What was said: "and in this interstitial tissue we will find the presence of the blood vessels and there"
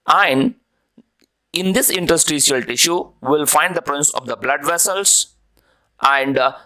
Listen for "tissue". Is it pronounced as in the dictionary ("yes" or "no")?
yes